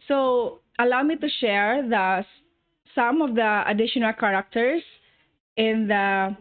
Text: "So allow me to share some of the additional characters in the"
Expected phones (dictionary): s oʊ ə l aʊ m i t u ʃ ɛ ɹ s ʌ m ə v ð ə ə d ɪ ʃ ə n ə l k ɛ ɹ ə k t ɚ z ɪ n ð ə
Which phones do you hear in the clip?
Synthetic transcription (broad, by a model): s oʊ ə l aʊ m i t u ʃ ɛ ɹ s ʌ m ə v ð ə ə d ɪ ʃ ə n ə l k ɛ ɹ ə k t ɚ s ɪ n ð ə